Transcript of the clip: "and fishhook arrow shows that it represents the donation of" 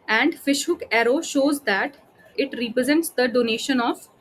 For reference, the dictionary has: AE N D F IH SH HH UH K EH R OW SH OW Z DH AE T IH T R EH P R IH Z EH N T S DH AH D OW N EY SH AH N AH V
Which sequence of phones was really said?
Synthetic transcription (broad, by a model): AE N D F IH SH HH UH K EH R OW SH OW Z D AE T IH T R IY P R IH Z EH N T S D AH D OW N EY SH AH N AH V